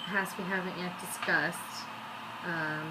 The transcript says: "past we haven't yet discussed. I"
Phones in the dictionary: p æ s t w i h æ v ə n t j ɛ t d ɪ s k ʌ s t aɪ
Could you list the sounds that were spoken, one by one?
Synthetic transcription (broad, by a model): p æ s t w i h æ v ə n t j ɛ t d ɪ s k ʌ s t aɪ